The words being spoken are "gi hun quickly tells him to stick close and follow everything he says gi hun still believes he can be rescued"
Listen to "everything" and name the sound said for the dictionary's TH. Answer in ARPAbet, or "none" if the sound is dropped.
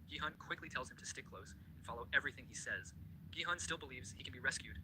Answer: TH